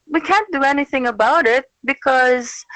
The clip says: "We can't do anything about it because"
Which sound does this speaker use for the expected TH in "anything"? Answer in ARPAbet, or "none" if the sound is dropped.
TH